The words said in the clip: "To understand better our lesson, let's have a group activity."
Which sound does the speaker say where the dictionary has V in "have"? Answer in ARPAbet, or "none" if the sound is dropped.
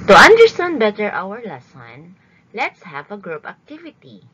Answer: V